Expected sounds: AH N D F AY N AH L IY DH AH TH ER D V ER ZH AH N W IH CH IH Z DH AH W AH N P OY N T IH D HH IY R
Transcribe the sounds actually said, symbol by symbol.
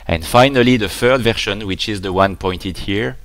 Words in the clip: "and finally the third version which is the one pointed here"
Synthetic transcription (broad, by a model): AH N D F AY N AH L IY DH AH F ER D V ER SH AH N W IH CH IH Z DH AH W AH N P OY N T IH D HH IY R